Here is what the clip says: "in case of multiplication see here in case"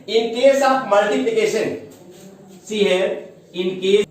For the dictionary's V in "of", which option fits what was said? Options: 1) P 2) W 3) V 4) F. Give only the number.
1